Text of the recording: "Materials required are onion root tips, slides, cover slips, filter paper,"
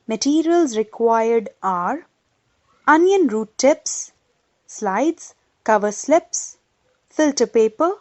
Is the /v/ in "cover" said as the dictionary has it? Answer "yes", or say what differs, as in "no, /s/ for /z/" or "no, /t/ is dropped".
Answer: yes